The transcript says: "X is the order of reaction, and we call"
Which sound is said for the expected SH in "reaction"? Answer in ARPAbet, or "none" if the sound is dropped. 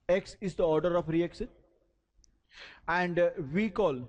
S